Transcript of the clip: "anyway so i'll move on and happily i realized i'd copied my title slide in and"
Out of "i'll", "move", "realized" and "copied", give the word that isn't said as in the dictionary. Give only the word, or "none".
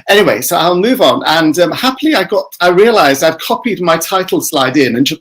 none